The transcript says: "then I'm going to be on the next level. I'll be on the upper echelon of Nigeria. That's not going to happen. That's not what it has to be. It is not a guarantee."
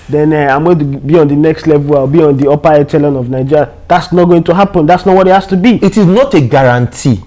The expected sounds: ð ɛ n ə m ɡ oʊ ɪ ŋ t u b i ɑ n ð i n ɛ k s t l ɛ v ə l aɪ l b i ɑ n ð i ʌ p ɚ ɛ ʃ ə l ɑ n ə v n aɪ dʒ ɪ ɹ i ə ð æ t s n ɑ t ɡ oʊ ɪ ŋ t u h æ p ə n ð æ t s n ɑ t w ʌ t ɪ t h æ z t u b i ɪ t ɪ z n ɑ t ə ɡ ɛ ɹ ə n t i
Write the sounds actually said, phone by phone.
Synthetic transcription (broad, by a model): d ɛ n ə m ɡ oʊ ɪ t u b i ɑ n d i n ɛ k s t l ɛ v ə l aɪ w b i ɑ n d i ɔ p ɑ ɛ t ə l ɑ n ə v n aɪ dʒ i ɹ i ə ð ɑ t s n ɑ t ɡ oʊ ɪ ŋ t u h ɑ p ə n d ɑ t s n ɑ t w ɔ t ɪ t h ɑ s t u b i ɪ t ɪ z n ɑ t ə ɡ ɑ ɹ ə n t i